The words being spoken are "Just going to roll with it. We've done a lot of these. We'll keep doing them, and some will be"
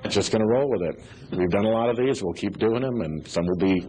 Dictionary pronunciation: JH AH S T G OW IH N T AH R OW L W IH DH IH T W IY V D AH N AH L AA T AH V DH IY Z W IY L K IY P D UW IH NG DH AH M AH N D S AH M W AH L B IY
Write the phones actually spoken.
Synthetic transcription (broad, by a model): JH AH S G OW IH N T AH R OW L W IH DH IH T W IY V D AH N AH L AA T AH V DH IY Z W IY L K IY P D UW IH NG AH M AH N S AH M W AH L B IY